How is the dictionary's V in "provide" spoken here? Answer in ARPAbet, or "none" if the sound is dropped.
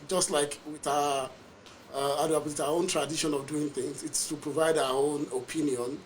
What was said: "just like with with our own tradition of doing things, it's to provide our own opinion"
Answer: V